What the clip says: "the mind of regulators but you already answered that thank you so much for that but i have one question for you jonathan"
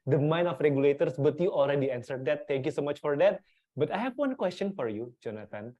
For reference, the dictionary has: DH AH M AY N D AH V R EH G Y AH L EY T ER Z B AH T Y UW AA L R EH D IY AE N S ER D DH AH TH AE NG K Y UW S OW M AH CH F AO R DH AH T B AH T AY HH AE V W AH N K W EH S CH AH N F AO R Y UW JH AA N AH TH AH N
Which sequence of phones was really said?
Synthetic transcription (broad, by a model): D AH M AY N AH F R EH G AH L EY T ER S B AH T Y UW AA L R EH D IY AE N S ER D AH T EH NG K Y UW S OW M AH CH F AO R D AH T B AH T AY HH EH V W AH N K W EH S CH AH N F AO R Y UW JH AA N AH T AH N